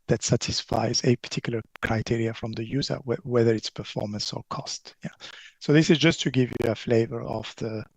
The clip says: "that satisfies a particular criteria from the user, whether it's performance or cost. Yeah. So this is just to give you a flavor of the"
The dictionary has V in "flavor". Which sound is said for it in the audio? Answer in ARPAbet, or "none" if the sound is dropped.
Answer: V